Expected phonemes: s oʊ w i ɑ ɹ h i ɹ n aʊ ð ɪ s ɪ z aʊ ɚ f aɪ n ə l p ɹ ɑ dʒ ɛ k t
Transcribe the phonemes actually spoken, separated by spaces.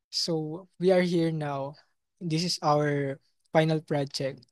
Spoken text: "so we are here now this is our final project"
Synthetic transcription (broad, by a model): s oʊ w i ɑ ɹ h i ɹ n aʊ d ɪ s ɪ s aʊ ɚ f aɪ n ə l p ɹ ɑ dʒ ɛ k t